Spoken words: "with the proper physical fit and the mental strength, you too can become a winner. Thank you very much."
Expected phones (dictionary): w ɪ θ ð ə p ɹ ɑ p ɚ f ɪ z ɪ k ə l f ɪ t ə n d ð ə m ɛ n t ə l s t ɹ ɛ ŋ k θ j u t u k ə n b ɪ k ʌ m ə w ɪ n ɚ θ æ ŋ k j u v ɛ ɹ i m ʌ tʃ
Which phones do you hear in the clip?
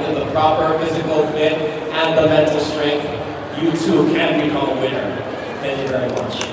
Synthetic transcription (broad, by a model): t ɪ ð ə p ɹ ɑ p ɚ f ɪ z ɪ k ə l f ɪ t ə n ð ə m ɛ n t l s t ɹ ɛ ŋ k θ j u t u k ə n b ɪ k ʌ ə w ɪ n ɚ θ æ ŋ k j u v ɛ ɹ i m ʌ tʃ